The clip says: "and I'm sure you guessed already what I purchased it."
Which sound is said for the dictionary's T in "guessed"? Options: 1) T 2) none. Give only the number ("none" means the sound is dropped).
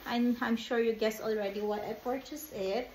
2